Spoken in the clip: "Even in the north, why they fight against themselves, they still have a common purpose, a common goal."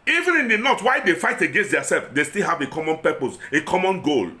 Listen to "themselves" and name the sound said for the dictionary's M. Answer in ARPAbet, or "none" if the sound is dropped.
none